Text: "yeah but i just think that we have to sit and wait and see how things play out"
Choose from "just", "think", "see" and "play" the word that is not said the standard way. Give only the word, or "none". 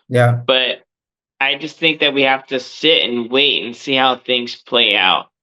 none